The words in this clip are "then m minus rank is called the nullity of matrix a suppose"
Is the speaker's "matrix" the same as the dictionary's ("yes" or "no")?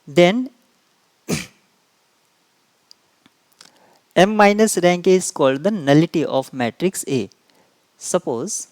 yes